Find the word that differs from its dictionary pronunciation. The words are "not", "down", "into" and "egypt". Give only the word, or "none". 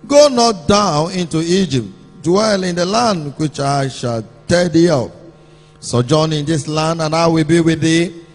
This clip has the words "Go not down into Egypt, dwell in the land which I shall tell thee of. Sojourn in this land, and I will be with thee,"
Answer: none